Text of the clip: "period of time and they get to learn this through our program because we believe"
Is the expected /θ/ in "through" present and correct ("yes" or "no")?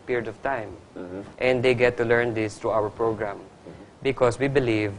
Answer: no